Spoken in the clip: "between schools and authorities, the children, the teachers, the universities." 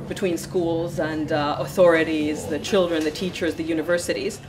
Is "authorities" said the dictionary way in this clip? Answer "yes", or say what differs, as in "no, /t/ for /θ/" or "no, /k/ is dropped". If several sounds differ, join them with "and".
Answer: yes